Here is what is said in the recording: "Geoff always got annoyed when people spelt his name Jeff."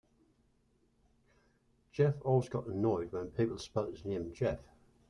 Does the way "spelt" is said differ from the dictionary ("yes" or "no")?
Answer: yes